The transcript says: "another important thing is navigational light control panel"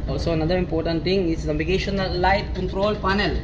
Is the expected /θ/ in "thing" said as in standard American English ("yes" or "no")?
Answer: no